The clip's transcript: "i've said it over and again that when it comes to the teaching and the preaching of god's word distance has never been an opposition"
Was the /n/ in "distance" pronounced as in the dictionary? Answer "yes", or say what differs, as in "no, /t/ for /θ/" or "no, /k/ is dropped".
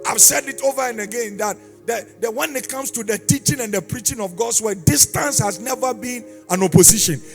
yes